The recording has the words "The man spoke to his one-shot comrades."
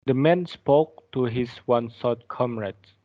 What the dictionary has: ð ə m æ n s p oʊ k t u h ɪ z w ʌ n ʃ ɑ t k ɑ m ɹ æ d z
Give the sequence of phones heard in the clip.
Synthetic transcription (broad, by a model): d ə m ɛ n s p oʊ k t u h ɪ s w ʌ n s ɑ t k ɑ m ɹ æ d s